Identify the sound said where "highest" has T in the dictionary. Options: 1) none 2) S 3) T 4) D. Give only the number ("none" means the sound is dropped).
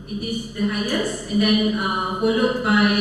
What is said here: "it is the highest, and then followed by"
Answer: 1